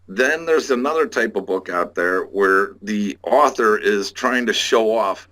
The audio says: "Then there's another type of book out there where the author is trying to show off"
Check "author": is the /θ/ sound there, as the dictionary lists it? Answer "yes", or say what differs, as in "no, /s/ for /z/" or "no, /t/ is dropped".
yes